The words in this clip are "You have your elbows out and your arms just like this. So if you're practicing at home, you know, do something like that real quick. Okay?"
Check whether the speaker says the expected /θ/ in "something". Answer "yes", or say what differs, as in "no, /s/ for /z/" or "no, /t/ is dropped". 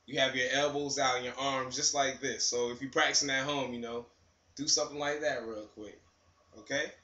yes